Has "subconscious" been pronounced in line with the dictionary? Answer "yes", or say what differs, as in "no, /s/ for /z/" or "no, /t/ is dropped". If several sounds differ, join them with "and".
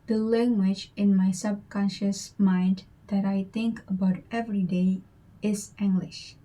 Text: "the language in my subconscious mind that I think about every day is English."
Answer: yes